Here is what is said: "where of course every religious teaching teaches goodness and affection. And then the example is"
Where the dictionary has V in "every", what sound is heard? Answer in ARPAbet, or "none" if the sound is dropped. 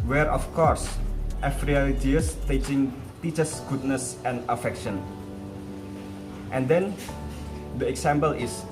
F